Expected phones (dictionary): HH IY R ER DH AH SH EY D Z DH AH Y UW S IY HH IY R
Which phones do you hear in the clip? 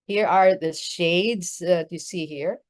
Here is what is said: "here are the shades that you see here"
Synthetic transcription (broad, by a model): HH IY R ER DH AH SH EY D Z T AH S IY HH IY R